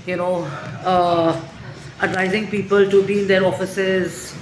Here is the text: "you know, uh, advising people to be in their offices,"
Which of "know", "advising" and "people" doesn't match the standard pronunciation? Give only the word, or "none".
none